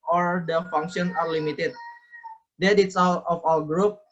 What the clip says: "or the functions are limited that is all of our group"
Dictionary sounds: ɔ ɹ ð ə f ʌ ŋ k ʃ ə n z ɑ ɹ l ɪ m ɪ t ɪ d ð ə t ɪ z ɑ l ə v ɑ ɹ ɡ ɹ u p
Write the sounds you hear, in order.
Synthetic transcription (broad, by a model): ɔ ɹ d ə f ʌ ŋ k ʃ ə n ɑ ɹ l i m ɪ t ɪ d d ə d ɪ s ɑ l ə f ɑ l ɡ ɹ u p